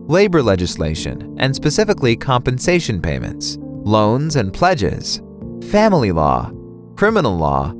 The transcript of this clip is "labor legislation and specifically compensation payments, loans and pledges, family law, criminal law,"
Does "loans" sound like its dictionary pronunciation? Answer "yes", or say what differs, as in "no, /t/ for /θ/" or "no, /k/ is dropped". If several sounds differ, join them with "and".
yes